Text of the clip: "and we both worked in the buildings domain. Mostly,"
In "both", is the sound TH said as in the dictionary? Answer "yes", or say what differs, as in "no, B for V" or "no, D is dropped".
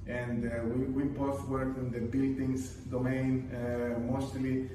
no, T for TH